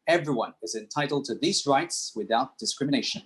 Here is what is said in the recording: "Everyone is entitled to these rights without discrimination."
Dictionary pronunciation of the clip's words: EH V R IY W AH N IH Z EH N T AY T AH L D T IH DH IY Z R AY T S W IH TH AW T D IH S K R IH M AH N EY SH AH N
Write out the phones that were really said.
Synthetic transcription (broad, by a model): EH V R IY W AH N IH Z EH N T AY T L D T IH DH IY Z R AY T S W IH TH AW T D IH S K R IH M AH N EY SH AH N